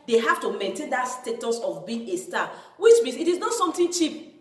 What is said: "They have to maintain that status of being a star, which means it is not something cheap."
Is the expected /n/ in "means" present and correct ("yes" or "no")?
no